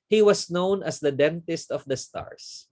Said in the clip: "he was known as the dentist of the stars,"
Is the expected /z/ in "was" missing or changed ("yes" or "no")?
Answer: yes